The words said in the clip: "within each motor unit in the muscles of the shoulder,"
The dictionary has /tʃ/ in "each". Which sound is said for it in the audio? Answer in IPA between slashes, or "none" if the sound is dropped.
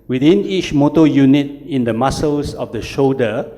/tʃ/